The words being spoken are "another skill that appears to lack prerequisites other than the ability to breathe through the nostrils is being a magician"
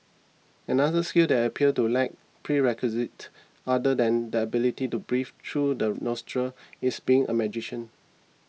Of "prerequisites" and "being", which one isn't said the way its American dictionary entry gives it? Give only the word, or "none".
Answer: prerequisites